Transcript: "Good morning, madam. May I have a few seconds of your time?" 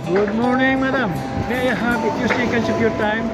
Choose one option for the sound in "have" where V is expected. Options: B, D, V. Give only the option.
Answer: B